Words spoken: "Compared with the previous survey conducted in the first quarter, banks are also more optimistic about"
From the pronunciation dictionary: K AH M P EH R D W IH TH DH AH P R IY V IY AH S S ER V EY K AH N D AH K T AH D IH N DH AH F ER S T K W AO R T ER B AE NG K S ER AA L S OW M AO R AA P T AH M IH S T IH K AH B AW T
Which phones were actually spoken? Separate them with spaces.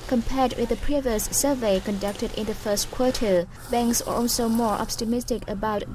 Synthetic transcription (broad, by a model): K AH M P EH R D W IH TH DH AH P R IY V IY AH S S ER V EY K AH N D AH K T AH D IH N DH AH F ER S T K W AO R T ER B AE NG K S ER AA L S OW M AO R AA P T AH M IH S T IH K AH B AW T